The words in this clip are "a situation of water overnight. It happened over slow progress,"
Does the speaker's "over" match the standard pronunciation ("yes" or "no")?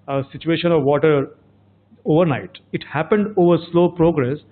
yes